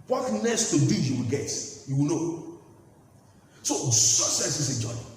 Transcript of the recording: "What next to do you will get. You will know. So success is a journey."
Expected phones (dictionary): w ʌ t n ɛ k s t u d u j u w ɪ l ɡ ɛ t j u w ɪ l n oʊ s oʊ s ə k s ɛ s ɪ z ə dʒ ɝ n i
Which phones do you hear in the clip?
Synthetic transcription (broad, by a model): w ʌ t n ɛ s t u d u j u w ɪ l ɡ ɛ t j u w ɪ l n oʊ s oʊ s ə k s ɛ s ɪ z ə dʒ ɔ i